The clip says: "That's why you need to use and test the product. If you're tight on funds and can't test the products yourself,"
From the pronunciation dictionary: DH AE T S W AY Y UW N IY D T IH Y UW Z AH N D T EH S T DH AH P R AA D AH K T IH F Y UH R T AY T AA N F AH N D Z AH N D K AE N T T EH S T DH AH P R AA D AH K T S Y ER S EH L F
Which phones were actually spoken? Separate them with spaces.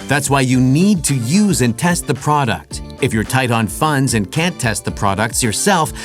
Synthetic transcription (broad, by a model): DH AE T S W AY Y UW N IY D T IH Y UW Z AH N T EH S T DH AH P R AA D AH K T IH F Y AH R T AY T N F AH N D Z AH N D K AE N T T EH S T DH AH P R AA D AH K T S Y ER S EH L F